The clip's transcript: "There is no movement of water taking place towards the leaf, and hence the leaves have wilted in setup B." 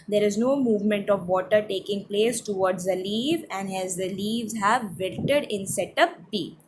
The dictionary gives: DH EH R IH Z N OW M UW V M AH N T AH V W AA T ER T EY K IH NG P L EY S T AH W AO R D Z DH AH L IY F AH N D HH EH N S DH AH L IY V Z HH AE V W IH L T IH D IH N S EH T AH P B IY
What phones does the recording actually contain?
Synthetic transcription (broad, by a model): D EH R IH Z N OW M UW V M AH N T AH V AA T ER T EY K IH NG P L EY S T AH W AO R D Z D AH L IY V AH N D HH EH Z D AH L IY V Z HH AE V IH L T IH D IH N S EH T AH P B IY